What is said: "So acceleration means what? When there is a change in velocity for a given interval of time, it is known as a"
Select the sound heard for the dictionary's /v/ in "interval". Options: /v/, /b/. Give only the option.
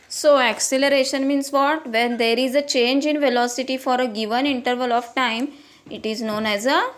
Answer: /v/